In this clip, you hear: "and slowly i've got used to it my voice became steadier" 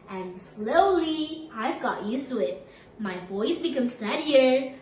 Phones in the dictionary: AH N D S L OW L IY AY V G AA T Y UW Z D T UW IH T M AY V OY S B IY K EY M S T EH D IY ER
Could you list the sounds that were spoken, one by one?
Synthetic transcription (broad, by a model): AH N S L OW L IY AY V G AA T Y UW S T UW IH T M AY V OY S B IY K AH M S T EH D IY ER